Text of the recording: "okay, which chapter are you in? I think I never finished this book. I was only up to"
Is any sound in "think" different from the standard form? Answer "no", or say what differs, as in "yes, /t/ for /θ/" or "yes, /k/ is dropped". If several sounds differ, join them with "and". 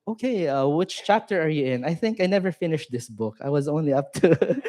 no